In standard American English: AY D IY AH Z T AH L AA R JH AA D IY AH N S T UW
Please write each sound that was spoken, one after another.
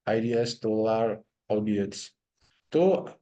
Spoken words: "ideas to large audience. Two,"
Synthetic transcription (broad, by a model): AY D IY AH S T AH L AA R AA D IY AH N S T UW